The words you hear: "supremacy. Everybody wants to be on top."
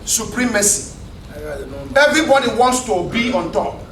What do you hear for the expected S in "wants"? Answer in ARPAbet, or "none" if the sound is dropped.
S